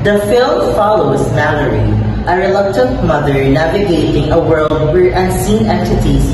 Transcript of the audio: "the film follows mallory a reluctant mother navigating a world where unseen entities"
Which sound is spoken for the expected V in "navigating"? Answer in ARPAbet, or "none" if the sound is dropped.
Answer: V